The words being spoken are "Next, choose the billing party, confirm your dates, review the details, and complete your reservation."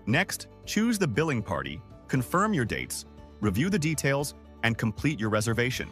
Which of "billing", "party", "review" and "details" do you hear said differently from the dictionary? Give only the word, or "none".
none